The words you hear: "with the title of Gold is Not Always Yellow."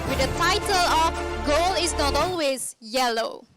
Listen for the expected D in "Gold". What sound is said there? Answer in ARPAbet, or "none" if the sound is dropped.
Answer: none